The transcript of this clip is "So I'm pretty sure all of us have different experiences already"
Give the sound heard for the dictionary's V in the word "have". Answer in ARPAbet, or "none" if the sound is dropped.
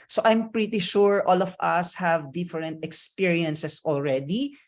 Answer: V